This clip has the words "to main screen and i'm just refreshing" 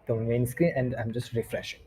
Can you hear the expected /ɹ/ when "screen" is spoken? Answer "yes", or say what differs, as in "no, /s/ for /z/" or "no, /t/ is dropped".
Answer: no, /ɹ/ is dropped